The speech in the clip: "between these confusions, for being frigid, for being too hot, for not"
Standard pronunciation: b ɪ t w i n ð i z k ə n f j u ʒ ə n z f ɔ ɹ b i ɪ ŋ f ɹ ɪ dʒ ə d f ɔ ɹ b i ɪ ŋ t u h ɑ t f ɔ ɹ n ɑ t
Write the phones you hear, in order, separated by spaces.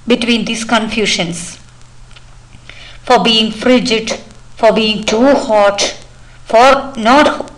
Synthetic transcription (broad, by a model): b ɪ t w i n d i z k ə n f j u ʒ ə n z f ɔ ɹ b i ɪ ŋ f ɹ ɪ dʒ ə d f ɔ ɹ b i ɪ ŋ t u h ɑ t f ɔ ɹ n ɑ t